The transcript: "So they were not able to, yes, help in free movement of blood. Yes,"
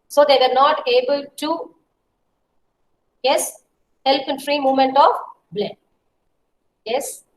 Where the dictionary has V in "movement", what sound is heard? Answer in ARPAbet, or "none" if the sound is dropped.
none